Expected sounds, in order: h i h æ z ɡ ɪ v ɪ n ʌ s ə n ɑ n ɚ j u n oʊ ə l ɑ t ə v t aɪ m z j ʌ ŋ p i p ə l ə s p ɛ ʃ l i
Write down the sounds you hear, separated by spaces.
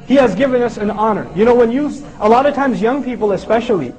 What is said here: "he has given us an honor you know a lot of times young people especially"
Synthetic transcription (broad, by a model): h i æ z ɡ ɪ v ɪ n ʌ s ə n ɑ n ɚ j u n oʊ ə l ɑ t ə v t aɪ m z j ʌ ŋ p i p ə l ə s p ɛ ʃ l i